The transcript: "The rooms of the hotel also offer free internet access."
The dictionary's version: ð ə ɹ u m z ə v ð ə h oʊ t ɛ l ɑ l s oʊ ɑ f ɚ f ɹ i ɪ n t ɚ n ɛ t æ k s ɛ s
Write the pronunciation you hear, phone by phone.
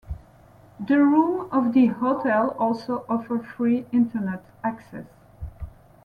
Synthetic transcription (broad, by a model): ð ə ɹ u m ə v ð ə h oʊ t ɛ l ɑ l s oʊ ɑ f ɚ f ɹ i ɪ n t ɚ n ɛ t æ k s ɛ s